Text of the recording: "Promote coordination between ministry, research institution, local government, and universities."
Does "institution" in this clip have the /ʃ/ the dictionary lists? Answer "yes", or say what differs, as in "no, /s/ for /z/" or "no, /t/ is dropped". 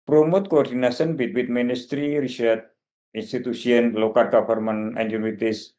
no, /s/ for /ʃ/